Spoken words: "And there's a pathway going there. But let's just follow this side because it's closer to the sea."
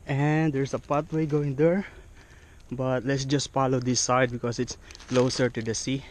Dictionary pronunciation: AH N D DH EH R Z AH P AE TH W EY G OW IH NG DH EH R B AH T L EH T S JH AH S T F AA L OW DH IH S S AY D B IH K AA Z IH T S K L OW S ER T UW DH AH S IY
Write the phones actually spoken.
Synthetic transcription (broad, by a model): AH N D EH R S AH P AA T W EY G OW IH NG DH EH R B AH T L EH T S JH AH S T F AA L OW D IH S S AY D B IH K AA S IH T S K L OW S ER T UW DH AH S IY